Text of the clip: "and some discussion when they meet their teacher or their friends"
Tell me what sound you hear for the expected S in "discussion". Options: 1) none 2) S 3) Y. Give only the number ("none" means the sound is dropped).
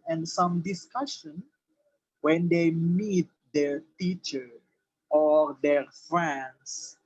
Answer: 2